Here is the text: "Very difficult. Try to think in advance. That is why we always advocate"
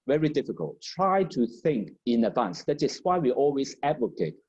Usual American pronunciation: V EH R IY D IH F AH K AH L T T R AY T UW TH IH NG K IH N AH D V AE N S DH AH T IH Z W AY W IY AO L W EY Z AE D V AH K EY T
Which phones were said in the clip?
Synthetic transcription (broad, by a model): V EH R IY D IH F AH K AH L T T R AY T UW TH IH NG K IH N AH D V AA N S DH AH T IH S W AY W IY AO L W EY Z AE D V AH K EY T